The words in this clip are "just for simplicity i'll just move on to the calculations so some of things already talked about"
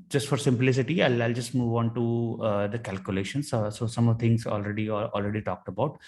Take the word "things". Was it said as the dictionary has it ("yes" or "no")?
no